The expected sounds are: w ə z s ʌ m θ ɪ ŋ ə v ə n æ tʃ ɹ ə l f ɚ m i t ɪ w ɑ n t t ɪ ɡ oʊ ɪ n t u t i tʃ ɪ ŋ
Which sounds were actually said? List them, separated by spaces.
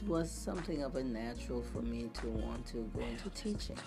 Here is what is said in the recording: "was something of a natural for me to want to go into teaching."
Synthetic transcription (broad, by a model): w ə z s ʌ m θ ɪ ŋ ə v ə n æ tʃ ɹ l f ɚ m i t ɪ w ɑ n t t ɪ ɡ oʊ ɪ n t u t i tʃ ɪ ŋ